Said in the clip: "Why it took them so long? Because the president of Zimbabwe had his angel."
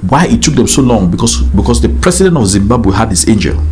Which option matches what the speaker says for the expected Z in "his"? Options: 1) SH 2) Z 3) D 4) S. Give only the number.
4